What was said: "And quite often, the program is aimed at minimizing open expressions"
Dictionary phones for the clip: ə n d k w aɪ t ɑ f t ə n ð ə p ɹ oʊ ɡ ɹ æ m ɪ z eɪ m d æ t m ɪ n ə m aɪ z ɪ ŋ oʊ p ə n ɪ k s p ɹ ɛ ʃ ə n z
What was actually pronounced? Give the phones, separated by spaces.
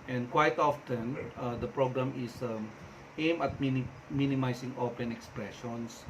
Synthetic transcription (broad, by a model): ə n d k w aɪ t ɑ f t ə n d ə p ɹ oʊ ɡ ɹ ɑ m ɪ s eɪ m ʌ t m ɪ n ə m aɪ s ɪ ŋ oʊ p ə n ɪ k s p ɹ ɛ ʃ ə n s